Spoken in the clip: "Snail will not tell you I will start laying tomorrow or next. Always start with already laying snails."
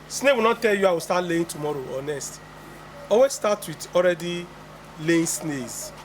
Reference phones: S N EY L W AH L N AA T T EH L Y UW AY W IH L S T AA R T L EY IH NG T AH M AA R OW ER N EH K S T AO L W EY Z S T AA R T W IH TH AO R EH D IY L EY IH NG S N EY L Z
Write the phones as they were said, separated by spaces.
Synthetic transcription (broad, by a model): S N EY W AH L N AA T T EH L Y UW AY W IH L S T AA T L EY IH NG T AH M AA R OW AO N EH S T AO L W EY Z S T AA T W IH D AO R EH D IY L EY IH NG S N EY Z